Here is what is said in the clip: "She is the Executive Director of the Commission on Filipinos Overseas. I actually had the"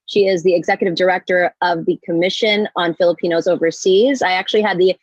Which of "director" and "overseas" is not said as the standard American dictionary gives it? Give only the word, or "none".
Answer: none